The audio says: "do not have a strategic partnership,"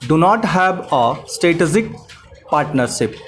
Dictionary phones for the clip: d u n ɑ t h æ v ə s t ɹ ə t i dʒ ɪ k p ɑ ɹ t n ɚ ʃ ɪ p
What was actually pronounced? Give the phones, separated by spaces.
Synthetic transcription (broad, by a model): d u n ɑ t h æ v ə s t ə t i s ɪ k p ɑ ɹ t n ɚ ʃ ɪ p